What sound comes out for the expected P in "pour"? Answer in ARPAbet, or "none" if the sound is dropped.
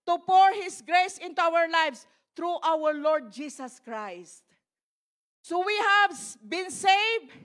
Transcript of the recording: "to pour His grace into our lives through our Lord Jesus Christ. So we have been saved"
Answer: P